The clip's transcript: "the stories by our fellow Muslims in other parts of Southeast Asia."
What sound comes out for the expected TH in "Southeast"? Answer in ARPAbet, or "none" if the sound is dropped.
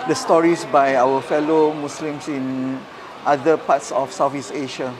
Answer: F